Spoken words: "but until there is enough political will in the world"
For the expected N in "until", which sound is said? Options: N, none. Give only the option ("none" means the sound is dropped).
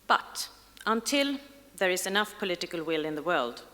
N